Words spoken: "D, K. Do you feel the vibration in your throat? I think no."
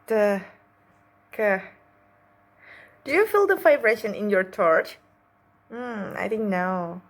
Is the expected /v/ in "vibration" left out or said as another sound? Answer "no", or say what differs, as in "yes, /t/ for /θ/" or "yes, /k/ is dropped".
yes, /f/ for /v/